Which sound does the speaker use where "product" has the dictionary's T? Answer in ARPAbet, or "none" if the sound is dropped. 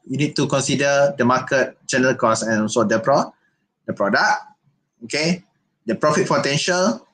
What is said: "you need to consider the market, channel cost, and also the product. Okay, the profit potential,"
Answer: none